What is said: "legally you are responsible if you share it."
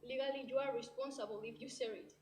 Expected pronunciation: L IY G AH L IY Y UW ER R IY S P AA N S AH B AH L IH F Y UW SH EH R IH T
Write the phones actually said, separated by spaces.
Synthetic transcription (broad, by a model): L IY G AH L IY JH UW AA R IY S P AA N S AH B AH L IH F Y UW S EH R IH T